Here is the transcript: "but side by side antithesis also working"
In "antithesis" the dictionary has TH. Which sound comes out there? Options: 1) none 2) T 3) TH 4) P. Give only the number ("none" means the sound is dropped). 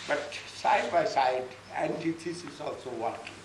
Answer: 2